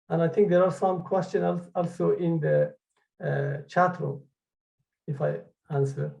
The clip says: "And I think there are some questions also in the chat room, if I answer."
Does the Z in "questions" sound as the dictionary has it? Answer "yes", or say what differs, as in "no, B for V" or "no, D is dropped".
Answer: no, Z is dropped